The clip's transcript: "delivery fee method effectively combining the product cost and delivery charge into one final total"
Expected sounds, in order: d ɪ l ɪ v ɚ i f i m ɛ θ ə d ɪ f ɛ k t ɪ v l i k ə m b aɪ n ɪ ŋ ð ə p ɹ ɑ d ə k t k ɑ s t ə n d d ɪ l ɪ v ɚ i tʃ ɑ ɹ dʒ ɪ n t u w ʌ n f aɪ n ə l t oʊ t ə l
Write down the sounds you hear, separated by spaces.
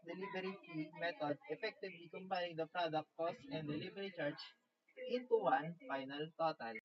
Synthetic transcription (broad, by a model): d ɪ l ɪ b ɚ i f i m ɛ t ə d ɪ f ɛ k t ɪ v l i k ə m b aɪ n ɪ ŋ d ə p ɹ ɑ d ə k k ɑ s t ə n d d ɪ l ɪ b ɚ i tʃ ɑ ɹ tʃ ɪ n t u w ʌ n f aɪ n ə l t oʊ t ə l